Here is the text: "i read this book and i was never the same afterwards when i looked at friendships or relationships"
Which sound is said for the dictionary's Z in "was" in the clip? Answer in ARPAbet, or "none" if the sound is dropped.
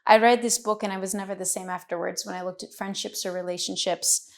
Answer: Z